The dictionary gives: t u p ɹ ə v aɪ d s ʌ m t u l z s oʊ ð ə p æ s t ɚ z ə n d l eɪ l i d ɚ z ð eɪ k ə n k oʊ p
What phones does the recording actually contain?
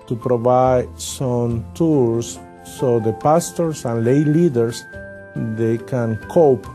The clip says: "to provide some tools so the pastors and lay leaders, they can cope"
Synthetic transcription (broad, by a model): t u p ɹ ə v aɪ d s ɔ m t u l s oʊ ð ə p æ s t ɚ s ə n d l eɪ l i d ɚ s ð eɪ k ə n k oʊ p